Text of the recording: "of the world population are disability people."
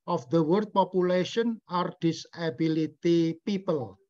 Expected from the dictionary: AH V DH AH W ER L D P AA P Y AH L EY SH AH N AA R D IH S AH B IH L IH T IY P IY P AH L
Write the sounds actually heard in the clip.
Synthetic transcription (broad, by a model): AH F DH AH W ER D P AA P Y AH L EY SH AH N AA R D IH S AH B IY L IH T IY P IY P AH L